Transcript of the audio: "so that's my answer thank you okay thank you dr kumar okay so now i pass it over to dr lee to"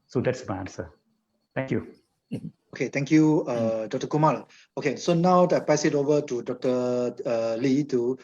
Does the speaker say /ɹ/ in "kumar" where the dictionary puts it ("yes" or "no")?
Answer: no